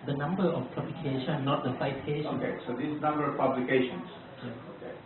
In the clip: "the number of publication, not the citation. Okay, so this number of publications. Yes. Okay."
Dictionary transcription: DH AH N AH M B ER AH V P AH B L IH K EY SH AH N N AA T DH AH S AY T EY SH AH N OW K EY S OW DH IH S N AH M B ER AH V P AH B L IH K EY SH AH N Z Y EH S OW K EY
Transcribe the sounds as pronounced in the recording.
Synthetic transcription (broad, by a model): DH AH N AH M B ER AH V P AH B L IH K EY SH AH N N AA T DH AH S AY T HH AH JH OW K EY S OW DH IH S N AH M B ER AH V P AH B L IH K EY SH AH N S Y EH OW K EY